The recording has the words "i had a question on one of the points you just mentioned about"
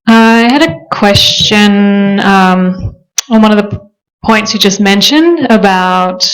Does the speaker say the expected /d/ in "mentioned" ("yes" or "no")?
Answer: yes